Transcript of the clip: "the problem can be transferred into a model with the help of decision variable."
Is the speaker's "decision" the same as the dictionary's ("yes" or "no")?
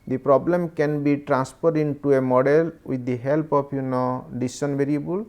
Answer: no